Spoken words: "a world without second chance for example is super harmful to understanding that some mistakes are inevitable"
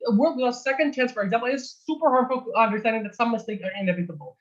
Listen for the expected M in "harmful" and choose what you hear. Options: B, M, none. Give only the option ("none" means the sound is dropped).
none